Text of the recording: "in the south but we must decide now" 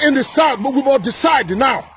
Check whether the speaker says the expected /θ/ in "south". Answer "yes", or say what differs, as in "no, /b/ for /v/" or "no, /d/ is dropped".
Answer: no, /t/ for /θ/